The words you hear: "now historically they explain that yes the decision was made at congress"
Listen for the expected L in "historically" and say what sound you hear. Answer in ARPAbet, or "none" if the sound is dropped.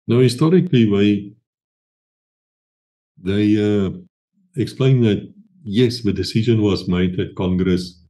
W